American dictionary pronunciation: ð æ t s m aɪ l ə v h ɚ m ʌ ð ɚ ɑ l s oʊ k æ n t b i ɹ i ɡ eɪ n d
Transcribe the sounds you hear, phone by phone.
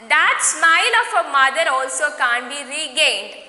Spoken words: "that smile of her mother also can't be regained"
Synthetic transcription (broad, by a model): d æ t s m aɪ n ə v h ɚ m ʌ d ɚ ɑ l s oʊ k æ n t b i ɹ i ɡ eɪ n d